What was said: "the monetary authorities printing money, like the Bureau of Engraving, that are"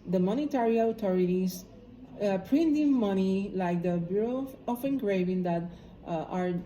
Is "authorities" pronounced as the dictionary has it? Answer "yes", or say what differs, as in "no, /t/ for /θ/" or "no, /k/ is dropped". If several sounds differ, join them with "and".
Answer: no, /t/ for /θ/